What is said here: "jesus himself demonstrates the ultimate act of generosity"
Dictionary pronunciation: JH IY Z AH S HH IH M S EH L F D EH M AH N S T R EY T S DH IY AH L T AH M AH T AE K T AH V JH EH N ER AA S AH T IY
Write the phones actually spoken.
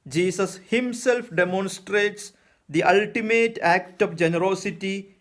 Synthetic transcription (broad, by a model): JH IY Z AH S HH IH M S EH L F D EH M AH N S T R EY T S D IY AH L T AH M AH T AE K T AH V JH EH N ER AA S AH T IY